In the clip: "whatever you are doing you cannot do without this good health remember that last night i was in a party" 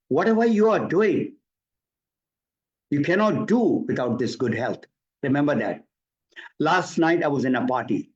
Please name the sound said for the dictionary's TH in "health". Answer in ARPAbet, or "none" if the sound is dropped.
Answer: T